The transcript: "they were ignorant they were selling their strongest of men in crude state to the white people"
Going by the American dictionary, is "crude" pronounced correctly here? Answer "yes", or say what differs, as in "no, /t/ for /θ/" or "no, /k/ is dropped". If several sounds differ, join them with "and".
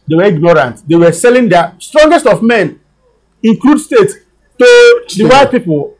no, /l/ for /ɹ/